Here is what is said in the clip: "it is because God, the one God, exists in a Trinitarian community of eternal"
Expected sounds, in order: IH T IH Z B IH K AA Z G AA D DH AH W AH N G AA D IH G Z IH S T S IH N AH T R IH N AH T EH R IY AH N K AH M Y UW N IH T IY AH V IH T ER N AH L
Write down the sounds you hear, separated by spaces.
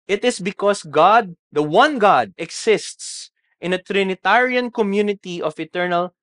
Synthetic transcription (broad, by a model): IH T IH S B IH K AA S G AA D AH W AH N G AA D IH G S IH S T S IH N AH T R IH N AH T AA R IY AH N K AH M Y UW N IH T IY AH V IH T ER N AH L